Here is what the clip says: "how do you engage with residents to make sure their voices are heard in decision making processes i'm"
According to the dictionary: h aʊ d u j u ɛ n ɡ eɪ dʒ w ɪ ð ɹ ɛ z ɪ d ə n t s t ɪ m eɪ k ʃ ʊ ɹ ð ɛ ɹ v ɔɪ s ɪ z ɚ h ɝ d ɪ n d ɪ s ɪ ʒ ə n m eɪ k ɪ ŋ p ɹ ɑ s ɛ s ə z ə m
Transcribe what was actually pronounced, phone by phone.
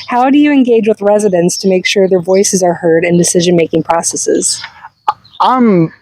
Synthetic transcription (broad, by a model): h aʊ d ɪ j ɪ ɛ n ɡ eɪ dʒ w ɪ ð ɹ ɛ z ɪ d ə n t s t ɪ m eɪ k ʃ ʊ ɹ ð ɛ ɹ v ɔɪ s ɪ z ɚ h ɝ d ɪ n d ɪ s ɪ ʒ ə n m eɪ k ɪ ŋ p ɹ ɑ s ɛ s ə z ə m